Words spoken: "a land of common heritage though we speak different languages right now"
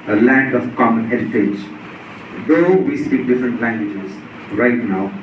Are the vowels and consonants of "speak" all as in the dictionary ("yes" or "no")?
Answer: no